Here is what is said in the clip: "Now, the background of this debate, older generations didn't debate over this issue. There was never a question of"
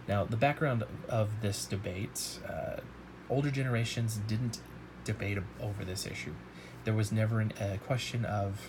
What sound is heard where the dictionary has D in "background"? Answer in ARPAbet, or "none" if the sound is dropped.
D